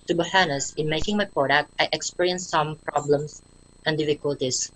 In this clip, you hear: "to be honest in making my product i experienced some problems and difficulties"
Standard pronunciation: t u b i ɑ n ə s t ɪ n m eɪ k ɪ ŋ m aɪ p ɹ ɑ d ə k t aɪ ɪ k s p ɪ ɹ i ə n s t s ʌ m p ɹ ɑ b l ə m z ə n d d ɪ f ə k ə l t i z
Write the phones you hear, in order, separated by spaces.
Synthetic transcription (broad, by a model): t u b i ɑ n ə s ɪ n m eɪ k ɪ ŋ m aɪ p ɹ ɑ d ə k t aɪ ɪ k s p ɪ ɹ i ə n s s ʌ m p ɹ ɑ b l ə m s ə n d d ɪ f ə k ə l t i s